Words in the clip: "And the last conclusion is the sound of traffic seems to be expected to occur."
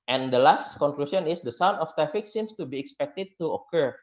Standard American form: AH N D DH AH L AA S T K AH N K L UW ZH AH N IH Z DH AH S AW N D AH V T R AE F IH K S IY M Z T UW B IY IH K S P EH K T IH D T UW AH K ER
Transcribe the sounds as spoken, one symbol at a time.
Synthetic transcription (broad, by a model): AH N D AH L AA S T K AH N K L UW S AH N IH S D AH S AW N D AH F T R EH F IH K S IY M S T UW B IY IH K S P EH K T IH D T UW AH K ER